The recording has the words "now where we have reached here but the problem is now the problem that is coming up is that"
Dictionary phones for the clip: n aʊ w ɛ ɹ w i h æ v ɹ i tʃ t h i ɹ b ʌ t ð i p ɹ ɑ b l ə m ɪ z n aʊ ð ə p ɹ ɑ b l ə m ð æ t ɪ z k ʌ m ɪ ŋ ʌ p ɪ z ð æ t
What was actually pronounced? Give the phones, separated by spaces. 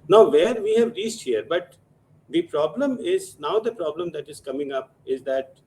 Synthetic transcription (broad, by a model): n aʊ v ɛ ɹ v i h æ v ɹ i s t h i ɹ b ʌ t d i p ɹ ɑ b l ə m ɪ z n aʊ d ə p ɹ ɑ b l ə m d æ t ɪ z k ʌ m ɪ ŋ ʌ p ɪ z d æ t